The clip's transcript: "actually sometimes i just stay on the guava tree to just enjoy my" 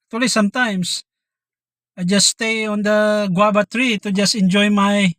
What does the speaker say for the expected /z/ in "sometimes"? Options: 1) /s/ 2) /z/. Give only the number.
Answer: 1